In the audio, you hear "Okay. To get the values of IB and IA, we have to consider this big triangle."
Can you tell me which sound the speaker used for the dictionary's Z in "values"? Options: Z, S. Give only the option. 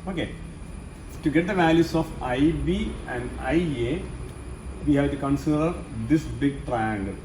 S